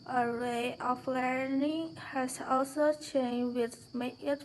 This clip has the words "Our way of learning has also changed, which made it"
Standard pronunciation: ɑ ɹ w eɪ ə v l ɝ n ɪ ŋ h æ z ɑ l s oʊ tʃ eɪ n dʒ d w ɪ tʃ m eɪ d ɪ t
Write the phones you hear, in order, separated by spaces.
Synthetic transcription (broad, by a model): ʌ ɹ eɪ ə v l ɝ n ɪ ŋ h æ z ɑ l s oʊ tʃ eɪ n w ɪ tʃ m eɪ ɪ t